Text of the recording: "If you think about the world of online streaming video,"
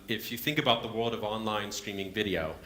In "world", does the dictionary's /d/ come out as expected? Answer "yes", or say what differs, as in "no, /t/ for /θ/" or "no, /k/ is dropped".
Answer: yes